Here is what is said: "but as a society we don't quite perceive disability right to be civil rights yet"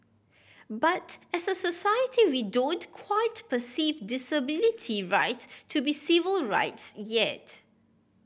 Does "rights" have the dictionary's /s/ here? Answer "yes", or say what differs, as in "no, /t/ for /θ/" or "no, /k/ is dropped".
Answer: yes